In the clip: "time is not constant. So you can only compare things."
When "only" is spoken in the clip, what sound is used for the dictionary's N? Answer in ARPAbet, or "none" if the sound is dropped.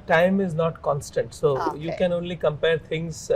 N